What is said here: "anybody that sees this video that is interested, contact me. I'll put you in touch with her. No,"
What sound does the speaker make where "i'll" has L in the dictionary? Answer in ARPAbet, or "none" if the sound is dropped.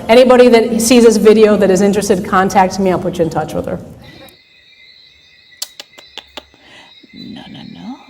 N